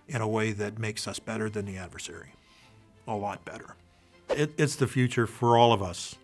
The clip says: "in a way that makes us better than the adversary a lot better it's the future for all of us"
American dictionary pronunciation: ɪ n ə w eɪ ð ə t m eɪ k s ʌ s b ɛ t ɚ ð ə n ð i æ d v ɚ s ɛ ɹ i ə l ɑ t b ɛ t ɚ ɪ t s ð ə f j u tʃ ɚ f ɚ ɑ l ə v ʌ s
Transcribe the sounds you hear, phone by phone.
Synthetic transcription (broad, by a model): ɪ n ə w eɪ ð ə t m eɪ k s ʌ s b ɛ t ɚ ð ə n ð i æ d v ɚ s ɛ ɹ i ə l ɑ t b ɛ t ɚ ɪ t s ð ə f j u tʃ ɚ f ɚ ɑ l ə v ʌ s